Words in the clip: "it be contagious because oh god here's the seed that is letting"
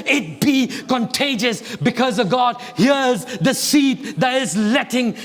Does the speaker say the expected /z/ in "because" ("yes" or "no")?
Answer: yes